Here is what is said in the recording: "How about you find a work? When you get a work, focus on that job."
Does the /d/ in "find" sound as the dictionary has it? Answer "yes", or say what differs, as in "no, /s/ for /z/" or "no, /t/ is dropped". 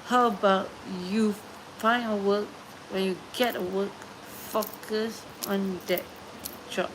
no, /d/ is dropped